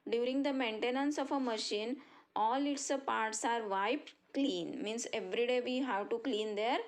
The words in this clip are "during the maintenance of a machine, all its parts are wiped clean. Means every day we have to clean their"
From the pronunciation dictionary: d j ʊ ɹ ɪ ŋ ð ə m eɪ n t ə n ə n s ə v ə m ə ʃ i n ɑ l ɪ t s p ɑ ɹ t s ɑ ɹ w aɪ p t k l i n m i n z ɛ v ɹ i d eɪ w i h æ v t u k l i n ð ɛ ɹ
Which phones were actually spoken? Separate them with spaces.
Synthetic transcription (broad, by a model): d j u ɹ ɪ ŋ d ə m eɪ n t ə n ə n s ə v ə m ə ʃ i n ɑ l ɪ t s p ɑ ɹ t s ɑ ɹ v aɪ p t k l i n m i n s ɛ v ɹ i d eɪ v i h æ v t u k l i n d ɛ ɹ